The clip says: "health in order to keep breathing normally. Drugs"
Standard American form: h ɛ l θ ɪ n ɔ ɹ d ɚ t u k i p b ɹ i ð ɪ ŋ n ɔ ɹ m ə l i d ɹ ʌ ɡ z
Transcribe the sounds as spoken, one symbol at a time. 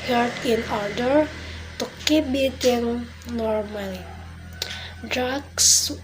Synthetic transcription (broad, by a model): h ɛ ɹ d ɪ n ɔ ɹ d ɚ t u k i b i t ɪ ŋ n ɔ ɹ m ə l i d ɹ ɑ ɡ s